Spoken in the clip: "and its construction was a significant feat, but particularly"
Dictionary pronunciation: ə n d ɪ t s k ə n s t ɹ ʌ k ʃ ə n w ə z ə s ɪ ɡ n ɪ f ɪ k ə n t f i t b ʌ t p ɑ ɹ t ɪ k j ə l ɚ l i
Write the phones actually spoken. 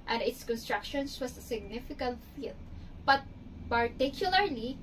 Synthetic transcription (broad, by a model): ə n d ɪ t s k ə n s t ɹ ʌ k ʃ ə n w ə s ə s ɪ ɡ n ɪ f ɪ k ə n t f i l b ʌ t p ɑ ɹ t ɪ k j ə l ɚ l i